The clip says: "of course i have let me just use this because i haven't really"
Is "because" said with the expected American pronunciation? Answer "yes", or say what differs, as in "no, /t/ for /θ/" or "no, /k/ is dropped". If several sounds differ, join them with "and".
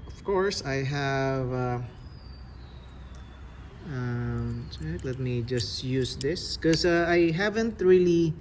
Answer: no, /z/ is dropped